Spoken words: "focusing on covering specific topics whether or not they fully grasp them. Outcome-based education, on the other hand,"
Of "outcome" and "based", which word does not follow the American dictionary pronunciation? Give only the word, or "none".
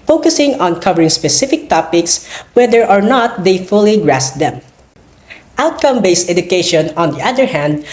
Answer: none